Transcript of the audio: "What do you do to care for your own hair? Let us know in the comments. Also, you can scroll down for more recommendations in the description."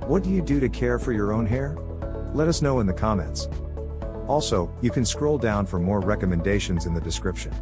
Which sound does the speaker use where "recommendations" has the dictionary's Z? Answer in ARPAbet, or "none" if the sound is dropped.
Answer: Z